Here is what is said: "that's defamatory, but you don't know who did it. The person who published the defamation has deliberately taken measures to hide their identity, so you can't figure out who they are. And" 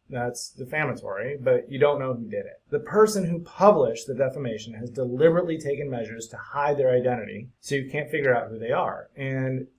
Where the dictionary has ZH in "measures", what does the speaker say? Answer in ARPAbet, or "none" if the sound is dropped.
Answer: ZH